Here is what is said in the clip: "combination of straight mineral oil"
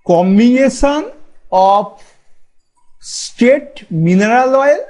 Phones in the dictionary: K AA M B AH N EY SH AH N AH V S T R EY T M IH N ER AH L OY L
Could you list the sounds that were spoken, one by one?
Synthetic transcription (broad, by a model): K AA M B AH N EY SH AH N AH P S T EY T M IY N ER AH L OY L